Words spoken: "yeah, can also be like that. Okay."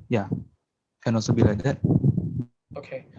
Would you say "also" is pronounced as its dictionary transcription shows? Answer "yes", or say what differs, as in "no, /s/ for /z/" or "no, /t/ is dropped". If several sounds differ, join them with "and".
no, /l/ is dropped